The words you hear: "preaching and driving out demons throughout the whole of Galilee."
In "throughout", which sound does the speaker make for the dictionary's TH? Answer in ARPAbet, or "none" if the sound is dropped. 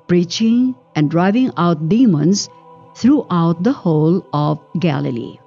T